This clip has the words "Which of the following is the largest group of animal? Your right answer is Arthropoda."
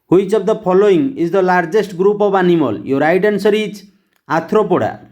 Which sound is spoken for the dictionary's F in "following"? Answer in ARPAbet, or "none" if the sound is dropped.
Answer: P